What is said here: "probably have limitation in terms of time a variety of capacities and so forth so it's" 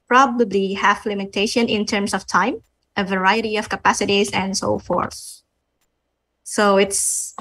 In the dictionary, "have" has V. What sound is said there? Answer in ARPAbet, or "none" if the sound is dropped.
F